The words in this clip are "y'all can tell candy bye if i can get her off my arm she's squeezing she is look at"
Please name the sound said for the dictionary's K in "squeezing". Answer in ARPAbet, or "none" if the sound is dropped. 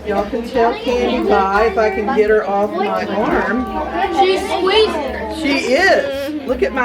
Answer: none